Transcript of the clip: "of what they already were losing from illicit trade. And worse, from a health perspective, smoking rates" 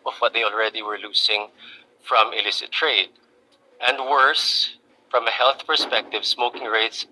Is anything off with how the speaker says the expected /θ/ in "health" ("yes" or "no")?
no